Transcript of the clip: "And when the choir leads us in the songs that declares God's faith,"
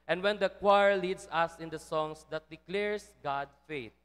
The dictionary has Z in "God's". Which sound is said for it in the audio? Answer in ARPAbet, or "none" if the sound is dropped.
none